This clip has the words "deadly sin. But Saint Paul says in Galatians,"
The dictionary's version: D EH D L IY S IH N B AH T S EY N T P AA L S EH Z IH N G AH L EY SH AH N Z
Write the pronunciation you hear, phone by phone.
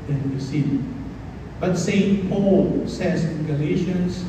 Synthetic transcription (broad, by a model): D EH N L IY S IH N B AH T S EY N T P AA L S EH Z IH N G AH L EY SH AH N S